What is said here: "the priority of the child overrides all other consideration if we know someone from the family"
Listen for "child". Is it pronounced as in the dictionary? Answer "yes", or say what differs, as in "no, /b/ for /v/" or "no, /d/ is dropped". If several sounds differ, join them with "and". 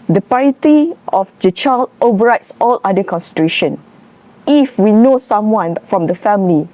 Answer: no, /d/ is dropped